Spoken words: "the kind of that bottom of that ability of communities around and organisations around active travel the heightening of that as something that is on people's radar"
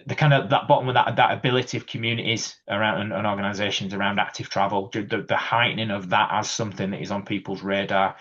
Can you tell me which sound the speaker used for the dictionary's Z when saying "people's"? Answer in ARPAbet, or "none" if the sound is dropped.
Z